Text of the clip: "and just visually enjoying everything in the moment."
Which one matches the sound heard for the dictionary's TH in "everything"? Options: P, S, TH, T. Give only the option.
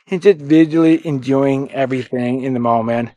TH